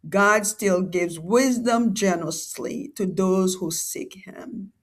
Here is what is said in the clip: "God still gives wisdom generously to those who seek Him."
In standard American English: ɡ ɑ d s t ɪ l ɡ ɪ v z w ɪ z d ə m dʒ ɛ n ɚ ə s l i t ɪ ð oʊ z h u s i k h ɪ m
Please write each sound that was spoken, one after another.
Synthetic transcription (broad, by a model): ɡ ɑ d s t ɪ l ɡ ɪ v z w ɪ z d ə m dʒ ɛ n ɚ ə s l i t ɪ ð oʊ z h u s i k h ɪ m